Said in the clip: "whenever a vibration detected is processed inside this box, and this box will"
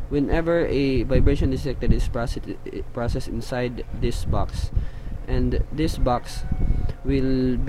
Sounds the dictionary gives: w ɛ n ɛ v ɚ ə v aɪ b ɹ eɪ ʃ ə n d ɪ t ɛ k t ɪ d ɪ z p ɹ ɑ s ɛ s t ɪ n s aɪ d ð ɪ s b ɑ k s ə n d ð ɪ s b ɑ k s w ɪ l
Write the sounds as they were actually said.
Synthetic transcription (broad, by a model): w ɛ n ɛ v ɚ ə v aɪ b ɹ eɪ ʃ ə n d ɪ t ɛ k t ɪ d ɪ s p ɹ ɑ s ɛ s ɪ n s aɪ d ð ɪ s b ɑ k s ə n d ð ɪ s b ɑ k s w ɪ l